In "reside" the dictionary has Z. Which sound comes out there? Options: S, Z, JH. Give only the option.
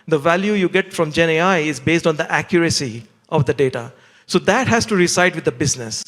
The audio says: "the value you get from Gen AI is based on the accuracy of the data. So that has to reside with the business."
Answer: S